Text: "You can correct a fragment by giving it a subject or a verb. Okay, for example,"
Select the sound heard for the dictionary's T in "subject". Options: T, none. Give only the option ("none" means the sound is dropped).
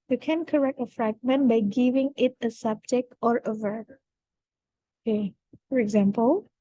none